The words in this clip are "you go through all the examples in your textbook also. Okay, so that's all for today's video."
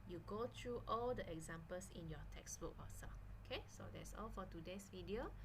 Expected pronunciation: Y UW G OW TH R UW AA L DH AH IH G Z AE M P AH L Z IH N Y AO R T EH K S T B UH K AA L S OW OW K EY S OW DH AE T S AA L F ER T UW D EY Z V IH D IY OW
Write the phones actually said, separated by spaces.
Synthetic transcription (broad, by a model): Y UW G OW T R UW AA L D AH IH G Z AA M P AH L S IH N Y AO T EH K S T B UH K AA S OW OW K EY S OW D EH T S AA L F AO T UW D EY S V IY D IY OW